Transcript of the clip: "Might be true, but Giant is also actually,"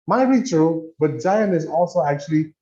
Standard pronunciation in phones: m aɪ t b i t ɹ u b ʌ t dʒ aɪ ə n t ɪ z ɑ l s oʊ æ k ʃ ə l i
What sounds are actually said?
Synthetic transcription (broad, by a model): m aɪ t b i t ɹ u b ʌ t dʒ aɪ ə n ɪ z ɑ l s oʊ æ k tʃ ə l i